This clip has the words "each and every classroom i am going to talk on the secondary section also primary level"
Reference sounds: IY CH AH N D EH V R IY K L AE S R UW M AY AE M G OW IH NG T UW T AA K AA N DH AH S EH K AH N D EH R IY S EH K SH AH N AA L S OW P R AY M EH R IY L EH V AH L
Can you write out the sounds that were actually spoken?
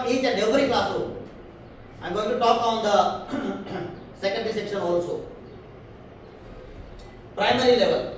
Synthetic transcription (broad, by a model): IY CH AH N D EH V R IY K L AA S UW AY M G OW IH NG T UW T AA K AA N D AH S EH K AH N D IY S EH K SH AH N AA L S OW P R AY M EH R IY L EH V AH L